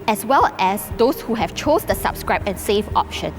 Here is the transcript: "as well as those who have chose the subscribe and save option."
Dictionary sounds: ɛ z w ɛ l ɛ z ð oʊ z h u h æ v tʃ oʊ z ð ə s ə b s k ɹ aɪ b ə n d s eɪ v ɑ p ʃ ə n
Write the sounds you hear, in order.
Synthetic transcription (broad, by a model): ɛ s w ɛ l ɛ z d oʊ s h u h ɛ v tʃ oʊ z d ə s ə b s k ɹ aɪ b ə n s eɪ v ɑ p ʃ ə n